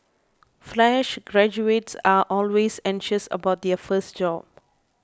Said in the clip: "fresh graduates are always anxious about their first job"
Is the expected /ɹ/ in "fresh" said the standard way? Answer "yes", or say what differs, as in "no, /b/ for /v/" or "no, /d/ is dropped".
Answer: no, /l/ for /ɹ/